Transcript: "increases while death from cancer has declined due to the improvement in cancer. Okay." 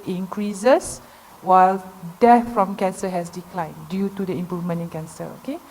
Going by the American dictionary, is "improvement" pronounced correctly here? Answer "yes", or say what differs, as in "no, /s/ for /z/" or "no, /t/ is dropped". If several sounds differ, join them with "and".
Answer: no, /t/ is dropped